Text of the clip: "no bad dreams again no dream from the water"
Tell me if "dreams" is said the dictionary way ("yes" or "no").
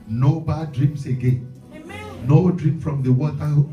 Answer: no